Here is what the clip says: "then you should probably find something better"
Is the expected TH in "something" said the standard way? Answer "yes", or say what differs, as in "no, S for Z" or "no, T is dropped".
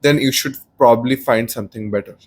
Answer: no, T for TH